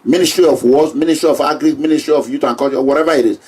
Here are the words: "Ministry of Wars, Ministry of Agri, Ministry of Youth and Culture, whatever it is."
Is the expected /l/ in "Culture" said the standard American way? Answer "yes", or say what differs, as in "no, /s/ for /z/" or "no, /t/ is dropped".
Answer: no, /l/ is dropped